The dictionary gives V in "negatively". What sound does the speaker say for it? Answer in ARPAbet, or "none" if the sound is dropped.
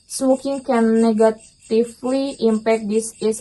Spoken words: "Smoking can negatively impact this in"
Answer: F